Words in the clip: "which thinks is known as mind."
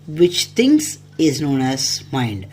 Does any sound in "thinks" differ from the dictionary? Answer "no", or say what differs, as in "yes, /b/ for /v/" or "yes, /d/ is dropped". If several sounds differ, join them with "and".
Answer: yes, /t/ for /θ/ and /k/ is dropped